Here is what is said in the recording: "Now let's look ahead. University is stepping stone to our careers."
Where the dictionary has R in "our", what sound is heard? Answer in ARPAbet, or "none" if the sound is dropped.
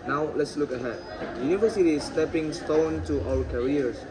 L